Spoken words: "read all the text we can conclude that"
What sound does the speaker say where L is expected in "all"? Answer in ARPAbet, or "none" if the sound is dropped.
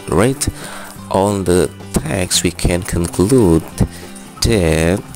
N